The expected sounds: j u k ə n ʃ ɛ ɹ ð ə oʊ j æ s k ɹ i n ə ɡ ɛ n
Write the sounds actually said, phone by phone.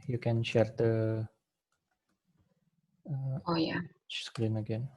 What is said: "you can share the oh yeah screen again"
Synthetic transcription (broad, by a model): j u k ə n ʃ ɛ ɹ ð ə oʊ j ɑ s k l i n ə ɡ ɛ n